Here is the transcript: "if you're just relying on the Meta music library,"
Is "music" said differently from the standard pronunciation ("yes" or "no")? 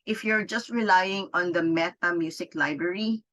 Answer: yes